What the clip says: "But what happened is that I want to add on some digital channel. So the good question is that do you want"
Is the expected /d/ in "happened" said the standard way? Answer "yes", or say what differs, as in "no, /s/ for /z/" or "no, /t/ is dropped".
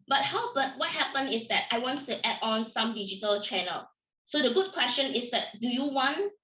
no, /d/ is dropped